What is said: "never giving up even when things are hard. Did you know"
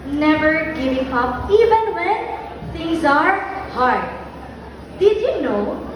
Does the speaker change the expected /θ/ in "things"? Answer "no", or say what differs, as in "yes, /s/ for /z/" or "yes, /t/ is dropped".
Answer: yes, /t/ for /θ/